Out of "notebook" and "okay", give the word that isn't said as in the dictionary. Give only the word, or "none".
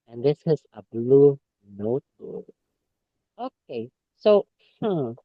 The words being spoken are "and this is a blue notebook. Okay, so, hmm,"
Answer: notebook